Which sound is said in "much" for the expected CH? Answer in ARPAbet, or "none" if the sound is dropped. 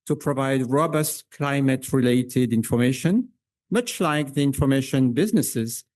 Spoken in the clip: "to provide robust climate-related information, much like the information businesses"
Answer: CH